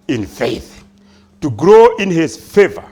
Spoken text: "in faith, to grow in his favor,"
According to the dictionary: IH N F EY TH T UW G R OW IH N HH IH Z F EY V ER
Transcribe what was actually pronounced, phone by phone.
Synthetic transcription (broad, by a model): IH N F EY TH T UW G R OW IH N HH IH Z F EY V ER